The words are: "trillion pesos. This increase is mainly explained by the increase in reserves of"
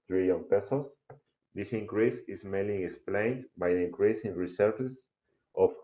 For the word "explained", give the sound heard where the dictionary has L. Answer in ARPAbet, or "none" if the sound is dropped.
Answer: L